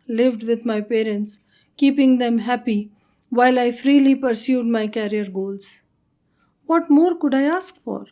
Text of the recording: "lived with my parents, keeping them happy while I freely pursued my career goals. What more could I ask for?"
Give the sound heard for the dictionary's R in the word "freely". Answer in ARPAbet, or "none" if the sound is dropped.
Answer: R